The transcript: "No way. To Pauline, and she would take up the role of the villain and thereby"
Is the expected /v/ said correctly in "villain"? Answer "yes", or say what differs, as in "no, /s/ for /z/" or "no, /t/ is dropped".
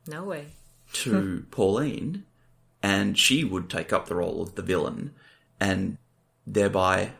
yes